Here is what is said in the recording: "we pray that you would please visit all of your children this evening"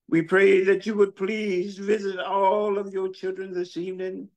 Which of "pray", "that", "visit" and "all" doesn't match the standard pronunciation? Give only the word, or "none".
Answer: none